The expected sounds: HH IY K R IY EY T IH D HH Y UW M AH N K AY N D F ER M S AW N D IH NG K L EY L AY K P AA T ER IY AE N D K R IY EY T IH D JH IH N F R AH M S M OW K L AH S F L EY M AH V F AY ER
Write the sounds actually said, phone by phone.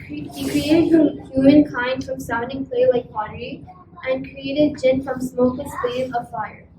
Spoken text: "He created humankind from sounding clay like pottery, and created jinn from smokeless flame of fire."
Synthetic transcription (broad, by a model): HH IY K R IY EY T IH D HH Y UW M AH N K AY N D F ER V S AW N D IH NG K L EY L AY K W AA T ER IY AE N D K R IY EY T IH D JH IH N F R AH M S M OW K AH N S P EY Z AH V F AY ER